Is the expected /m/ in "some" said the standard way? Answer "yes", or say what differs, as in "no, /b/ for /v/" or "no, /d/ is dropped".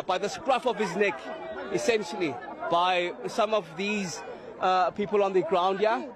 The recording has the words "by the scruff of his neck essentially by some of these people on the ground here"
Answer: yes